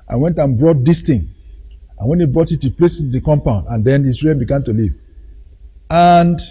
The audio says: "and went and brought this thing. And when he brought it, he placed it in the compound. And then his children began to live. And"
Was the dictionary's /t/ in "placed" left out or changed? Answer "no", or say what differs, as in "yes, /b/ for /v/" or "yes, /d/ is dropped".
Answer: yes, /t/ is dropped